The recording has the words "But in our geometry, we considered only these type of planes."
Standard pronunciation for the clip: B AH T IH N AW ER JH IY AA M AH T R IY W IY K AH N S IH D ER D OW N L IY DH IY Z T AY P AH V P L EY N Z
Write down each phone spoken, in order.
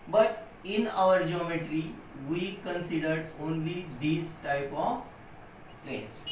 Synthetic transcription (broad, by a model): B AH T IH N AW ER JH IY AA M AH T R IY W IY K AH N S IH D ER D OW N L IY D IY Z T AY P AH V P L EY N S